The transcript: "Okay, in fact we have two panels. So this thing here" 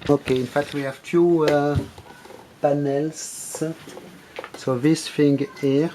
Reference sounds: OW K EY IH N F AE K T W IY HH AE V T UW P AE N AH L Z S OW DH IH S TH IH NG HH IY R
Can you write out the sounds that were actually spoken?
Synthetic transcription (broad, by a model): OW K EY IH N F AE K T W IY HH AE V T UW P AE N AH L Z S OW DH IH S F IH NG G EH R